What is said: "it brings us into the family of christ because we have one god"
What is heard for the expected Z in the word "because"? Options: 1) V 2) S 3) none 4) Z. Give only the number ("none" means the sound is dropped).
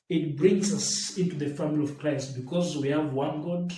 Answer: 4